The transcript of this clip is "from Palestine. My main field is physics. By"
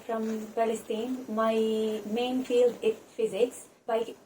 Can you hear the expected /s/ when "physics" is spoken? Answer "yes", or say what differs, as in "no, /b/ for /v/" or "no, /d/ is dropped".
yes